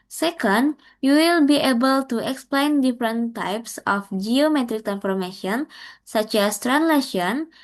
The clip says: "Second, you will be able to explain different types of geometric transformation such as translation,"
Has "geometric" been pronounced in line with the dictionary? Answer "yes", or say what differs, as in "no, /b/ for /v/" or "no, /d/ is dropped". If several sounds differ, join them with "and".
yes